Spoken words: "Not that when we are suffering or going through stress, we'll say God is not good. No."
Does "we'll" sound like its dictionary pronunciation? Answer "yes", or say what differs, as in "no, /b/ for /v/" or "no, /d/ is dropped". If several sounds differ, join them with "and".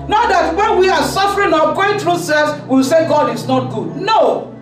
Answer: no, /w/ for /l/